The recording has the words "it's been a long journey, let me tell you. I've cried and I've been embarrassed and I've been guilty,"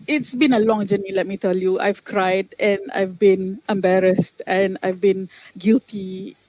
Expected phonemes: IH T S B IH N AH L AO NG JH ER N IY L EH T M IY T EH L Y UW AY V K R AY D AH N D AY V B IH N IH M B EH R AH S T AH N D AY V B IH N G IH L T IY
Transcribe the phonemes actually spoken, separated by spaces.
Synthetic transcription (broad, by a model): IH T S B IH N AH L AO NG JH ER N IY L EH T M IY T EH L Y UW AY V K R AY D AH N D AY V B IH N IH M B EH R AH S T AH N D AY V B IH N G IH L T IY